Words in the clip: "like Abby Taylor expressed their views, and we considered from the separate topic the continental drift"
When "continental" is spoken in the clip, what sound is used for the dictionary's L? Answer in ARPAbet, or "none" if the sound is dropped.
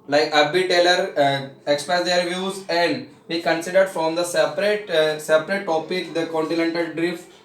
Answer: L